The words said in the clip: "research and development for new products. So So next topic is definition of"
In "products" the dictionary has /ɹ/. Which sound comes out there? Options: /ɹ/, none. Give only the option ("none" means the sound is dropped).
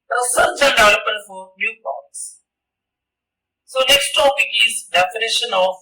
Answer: none